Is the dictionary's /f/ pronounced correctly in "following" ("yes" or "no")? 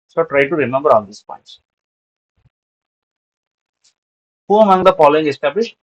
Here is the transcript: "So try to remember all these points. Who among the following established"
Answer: no